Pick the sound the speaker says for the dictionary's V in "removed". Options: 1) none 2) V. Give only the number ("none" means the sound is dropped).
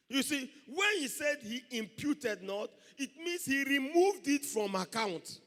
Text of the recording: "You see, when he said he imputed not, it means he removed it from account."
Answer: 2